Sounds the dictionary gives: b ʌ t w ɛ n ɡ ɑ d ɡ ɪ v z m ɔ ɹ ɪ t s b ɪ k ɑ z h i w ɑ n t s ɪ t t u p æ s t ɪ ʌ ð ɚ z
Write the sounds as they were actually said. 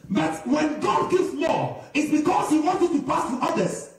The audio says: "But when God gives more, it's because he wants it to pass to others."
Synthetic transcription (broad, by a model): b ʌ t w ɛ n ɡ ɑ d ɡ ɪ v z m ɔ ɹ ɪ t s b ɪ k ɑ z h i w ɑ n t ɪ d t u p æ s t ɪ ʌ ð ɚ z